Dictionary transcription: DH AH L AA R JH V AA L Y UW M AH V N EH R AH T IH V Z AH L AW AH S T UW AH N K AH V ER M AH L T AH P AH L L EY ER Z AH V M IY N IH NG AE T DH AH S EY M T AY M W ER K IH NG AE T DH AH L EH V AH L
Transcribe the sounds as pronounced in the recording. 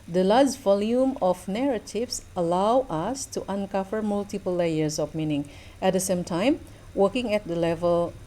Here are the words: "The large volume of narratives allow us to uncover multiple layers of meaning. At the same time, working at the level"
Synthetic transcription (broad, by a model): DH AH L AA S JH V AA L Y UW M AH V N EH R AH T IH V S AH L AW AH S T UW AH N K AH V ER M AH L T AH P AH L L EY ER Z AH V M IY N IH NG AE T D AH S EY M T AY M W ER K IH NG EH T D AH L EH V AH L